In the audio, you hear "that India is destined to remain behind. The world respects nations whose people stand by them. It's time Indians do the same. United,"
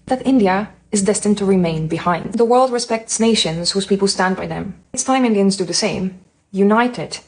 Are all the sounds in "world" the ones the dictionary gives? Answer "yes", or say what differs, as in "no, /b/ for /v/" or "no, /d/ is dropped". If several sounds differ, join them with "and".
yes